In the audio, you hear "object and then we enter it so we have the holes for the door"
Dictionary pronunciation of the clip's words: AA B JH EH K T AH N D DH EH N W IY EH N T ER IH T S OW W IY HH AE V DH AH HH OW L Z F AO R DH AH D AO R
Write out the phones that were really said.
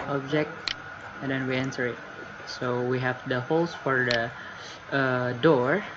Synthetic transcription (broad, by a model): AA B JH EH K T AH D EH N W IY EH N S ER IH T S OW W IY HH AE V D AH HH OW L S F AO R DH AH D AO R